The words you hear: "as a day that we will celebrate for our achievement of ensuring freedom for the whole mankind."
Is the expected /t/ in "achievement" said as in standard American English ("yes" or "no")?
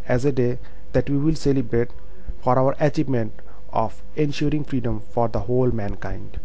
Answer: yes